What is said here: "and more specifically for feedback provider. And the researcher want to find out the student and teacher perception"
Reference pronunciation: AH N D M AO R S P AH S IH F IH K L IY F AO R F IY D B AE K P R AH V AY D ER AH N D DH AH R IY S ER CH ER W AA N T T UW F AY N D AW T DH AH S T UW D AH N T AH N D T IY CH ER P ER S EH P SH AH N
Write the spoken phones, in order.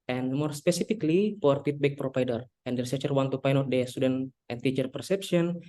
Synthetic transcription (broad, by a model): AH N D M AO R S P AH S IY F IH K L IY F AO R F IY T B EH K P R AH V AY D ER AH N D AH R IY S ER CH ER W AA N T T UW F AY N AW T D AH S T UW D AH N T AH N T IY CH ER P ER S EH P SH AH N